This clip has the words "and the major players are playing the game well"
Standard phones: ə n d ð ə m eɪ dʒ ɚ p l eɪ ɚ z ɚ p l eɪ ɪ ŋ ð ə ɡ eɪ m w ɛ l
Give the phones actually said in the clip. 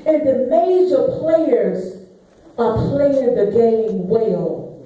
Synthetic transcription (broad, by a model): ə n ð ə m eɪ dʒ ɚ p l eɪ ɚ z ɚ p l eɪ ɪ ŋ ð ə ɡ eɪ m w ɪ l